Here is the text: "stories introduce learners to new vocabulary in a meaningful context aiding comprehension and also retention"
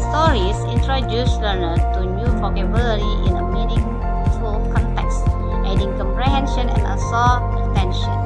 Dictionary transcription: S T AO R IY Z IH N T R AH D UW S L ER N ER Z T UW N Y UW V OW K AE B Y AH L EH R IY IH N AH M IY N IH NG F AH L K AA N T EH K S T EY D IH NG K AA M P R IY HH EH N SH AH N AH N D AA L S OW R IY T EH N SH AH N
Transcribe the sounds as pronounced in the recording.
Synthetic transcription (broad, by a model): S T AO R IY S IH N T R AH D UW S L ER N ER T UW N Y UW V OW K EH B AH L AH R IY IH N AH M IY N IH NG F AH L K AA N T EH K S T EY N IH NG K AA M P R IY HH EH N SH AH N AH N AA S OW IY T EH N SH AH N